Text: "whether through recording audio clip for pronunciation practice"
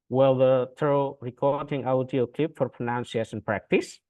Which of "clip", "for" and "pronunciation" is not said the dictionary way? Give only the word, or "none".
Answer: pronunciation